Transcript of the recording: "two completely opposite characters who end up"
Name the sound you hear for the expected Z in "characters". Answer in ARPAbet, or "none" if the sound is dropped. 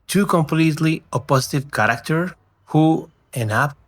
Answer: none